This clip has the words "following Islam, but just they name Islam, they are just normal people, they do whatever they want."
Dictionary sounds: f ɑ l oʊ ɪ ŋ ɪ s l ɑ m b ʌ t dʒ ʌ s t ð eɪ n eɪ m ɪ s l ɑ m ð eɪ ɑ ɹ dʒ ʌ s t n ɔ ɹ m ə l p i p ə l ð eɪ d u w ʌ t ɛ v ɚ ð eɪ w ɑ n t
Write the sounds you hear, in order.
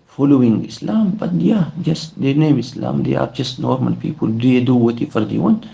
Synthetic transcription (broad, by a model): f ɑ l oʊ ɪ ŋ ɪ s l ɑ m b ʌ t dʒ ʌ s t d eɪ n eɪ m ɪ s l ɑ m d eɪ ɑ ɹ dʒ ʌ s t n ɔ ɹ m ə l p i p ə l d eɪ d u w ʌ t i f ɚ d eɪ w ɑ n